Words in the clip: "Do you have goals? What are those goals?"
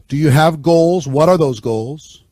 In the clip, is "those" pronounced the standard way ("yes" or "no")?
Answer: yes